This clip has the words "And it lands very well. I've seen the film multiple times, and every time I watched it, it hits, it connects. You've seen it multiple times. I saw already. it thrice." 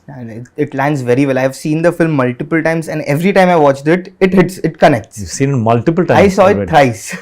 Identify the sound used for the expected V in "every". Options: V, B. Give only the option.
V